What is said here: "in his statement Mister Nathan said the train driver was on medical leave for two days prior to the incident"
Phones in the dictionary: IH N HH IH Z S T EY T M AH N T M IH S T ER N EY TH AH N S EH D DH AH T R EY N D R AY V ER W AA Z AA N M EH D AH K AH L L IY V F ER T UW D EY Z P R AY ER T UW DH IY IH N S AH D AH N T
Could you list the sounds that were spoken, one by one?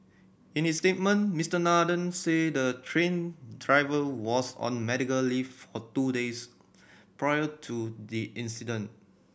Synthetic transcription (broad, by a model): IH N HH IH S T EY T M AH N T M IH S T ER N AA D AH N S EH D AH T R EY N D R AY V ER W AA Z AA N M EH D AH K AH L L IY F F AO T UW D EY S P R AY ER T UW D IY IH N S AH D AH N T